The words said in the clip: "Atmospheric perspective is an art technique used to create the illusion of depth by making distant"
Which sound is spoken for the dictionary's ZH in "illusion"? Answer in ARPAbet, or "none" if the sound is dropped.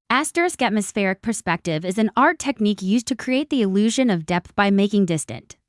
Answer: ZH